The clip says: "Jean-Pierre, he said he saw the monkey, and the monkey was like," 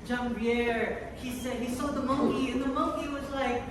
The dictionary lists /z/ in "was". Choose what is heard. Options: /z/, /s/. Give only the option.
/z/